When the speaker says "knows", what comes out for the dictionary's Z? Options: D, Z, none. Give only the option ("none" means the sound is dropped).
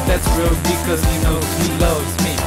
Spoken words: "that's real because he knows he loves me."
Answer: none